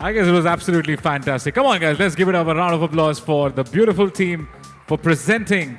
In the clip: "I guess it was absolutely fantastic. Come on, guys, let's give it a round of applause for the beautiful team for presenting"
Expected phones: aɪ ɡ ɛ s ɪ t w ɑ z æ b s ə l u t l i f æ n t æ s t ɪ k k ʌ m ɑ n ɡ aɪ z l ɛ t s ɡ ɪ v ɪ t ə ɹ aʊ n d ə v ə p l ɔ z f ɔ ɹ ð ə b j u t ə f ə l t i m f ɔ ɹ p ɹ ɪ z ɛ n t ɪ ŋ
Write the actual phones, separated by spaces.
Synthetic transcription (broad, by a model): aɪ ɡ ɛ s ɪ t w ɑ z æ b s ə l u t l i f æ n t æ s t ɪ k k ʌ m ɑ n ɡ aɪ z l ɛ t s ɡ ɪ v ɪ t ə ɹ aʊ n d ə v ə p l ɔ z f ɔ ɹ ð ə b j u t ə f ə l t i m f ɔ ɹ p ɹ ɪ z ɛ n t ɪ ŋ